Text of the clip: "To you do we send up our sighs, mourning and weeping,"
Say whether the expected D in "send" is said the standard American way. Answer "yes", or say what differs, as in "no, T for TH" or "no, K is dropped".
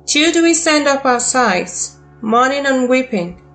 yes